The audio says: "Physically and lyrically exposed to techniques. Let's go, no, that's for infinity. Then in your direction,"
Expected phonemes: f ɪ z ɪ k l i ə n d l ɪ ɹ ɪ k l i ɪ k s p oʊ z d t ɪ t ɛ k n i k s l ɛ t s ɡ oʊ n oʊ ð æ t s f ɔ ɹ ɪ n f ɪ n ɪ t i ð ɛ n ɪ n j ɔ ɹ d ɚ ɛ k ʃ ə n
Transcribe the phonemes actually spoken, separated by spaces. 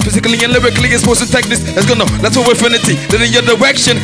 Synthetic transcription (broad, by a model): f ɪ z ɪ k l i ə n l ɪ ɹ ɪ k l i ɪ s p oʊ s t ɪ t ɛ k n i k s l ɛ t s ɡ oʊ n oʊ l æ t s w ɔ w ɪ f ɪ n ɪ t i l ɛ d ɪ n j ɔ d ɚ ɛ k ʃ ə n